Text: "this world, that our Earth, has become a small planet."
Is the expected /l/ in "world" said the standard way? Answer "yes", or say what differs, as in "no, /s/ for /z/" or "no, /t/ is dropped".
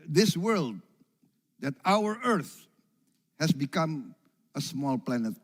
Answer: yes